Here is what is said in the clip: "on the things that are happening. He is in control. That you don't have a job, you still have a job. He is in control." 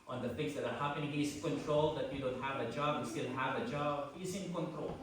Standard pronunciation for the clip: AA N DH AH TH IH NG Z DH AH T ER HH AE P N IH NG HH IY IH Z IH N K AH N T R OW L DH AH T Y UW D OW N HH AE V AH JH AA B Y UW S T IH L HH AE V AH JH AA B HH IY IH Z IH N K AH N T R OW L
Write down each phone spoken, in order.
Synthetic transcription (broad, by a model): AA N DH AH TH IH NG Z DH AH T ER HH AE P IH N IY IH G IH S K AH N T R OW L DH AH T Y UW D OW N HH AE V AH JH AA B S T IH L HH AE V AH JH AA B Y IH S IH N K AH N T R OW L